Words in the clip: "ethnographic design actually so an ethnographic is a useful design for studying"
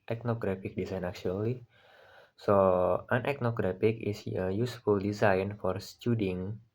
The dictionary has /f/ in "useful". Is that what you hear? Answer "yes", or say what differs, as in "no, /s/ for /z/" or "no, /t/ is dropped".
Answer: yes